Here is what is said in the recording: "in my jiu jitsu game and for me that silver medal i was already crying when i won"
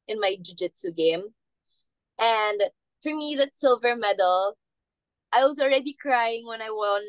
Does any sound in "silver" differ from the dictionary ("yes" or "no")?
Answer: no